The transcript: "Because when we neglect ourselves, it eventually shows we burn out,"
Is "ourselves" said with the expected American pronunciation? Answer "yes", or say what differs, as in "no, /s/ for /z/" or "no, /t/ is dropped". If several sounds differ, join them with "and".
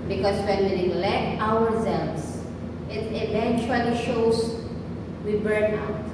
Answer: no, /w/ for /ɹ/